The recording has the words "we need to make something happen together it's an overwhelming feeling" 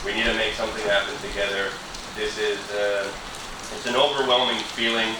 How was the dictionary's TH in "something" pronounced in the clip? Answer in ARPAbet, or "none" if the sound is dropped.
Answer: TH